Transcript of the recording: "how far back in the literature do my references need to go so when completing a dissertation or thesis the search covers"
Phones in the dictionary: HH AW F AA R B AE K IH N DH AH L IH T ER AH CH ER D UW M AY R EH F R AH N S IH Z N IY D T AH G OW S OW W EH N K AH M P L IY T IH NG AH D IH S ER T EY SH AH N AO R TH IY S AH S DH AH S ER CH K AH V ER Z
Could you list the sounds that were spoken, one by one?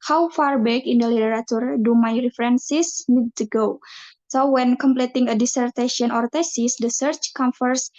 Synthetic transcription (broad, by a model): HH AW F AA R B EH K IH N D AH L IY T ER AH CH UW D UW M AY R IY F R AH N S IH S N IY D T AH G OW S OW W EH N K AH M P L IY T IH NG AH D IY S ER T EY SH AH N AO R T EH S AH S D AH S ER CH K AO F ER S